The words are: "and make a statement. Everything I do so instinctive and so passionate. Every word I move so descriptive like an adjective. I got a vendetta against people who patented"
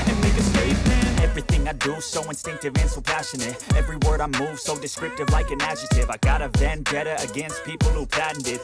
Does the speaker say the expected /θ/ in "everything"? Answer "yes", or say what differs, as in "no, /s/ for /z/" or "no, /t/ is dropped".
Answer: yes